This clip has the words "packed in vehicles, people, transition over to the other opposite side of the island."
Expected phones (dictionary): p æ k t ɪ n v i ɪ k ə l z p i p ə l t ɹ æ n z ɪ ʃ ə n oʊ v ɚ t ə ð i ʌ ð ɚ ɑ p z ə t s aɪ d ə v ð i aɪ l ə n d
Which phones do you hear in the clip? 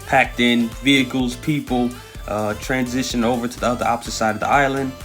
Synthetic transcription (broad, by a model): p æ k t ɪ n v i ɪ k l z p i p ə t ɹ æ n z ɪ ʃ ə n oʊ v ɚ t ə ð i ʌ ð ɚ ɑ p s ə s aɪ d ə v ð i aɪ l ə n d